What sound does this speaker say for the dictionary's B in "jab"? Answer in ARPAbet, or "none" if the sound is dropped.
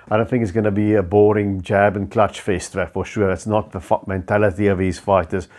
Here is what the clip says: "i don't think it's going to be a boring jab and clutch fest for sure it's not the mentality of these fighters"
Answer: B